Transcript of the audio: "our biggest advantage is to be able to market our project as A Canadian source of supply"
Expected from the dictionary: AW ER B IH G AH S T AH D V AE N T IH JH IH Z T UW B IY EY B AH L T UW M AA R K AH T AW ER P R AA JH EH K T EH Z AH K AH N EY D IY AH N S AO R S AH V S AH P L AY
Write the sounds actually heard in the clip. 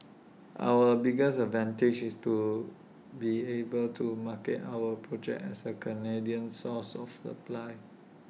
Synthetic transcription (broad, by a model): AW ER B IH G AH S AH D V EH N T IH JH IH S T UW B IY EY B AH L T UW M AA K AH T AW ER P R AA JH EH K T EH S AH K AH N EY D IY AH N S AO S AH F S AH P L AY